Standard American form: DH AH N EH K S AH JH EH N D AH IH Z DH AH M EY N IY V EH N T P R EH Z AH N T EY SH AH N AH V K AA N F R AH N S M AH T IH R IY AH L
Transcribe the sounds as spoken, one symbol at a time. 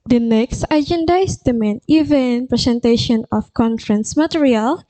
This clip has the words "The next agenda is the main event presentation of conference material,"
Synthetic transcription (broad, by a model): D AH N EH K S AH JH EH N D AH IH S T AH M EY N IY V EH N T P R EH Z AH N T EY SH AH N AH F K AA N F R AH N S M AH T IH R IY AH L